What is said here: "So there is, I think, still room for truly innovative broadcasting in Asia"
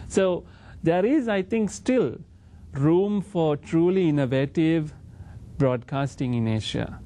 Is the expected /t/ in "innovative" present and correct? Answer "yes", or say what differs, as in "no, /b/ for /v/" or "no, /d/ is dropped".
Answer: yes